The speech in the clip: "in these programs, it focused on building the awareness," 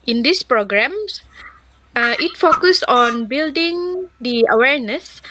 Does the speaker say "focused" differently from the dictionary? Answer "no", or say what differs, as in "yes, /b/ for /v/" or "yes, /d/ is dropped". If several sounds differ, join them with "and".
yes, /t/ is dropped